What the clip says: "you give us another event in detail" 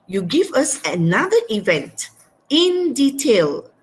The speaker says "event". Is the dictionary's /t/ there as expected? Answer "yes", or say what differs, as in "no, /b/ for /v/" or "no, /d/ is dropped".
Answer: yes